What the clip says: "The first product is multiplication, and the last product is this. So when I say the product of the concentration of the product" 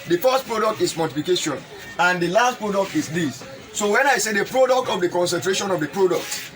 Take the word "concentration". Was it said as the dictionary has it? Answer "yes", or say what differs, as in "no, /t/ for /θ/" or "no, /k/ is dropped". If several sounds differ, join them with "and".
yes